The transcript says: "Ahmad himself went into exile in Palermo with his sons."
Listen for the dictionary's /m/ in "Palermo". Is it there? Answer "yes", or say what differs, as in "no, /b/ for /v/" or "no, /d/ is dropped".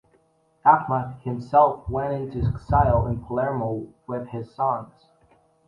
yes